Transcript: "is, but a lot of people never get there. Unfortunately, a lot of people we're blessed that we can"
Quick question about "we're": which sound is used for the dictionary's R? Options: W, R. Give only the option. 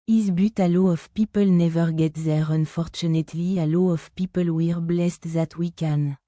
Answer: R